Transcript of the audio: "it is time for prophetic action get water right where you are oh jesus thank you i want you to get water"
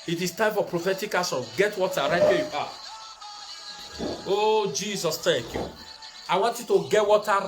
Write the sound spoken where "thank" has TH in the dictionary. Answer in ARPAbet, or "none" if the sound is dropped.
T